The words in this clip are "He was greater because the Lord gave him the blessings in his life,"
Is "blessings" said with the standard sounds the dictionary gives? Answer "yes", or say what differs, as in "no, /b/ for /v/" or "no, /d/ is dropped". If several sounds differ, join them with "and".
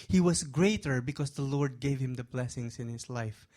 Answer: no, /s/ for /z/